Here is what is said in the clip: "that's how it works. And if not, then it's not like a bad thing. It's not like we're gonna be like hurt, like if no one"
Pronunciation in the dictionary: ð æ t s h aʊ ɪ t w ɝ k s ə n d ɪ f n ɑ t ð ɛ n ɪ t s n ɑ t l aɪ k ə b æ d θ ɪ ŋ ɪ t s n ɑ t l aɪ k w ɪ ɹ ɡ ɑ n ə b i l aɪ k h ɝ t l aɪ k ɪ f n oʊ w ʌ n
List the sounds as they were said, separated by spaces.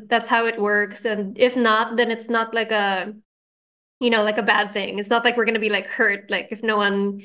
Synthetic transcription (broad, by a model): ð æ t s h aʊ ɪ t w ɝ k s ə n ɪ f n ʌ t ð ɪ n ɪ t s n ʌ t l aɪ k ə b æ d θ ɪ ŋ ɪ t s n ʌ t l aɪ k w ɪ ɹ ɡ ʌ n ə b i l aɪ k h ɝ t l aɪ k ɪ f n oʊ w ʌ n